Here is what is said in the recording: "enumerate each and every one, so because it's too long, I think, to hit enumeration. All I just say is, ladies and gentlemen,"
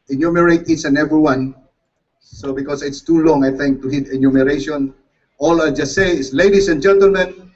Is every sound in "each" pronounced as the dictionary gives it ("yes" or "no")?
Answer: no